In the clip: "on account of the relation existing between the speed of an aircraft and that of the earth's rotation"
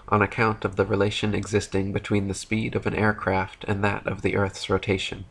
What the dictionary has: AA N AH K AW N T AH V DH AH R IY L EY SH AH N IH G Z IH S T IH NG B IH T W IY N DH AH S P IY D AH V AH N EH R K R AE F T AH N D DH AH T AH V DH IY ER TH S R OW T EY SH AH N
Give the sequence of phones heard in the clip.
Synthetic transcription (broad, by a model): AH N AH K AW N T AH V DH AH R IY L EY SH AH N IH G Z IH S T IH NG B IH T W IY N DH AH S P IY D AH V AH N EH R K R AE F T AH N DH AH T AH V DH IY ER TH S R OW T EY SH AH N